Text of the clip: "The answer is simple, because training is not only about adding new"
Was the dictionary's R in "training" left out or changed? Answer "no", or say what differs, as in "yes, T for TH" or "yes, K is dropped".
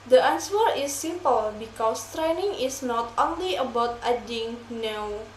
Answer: no